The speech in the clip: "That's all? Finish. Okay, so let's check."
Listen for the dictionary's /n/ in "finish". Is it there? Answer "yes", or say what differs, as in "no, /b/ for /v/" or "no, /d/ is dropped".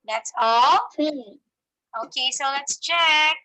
no, /n/ is dropped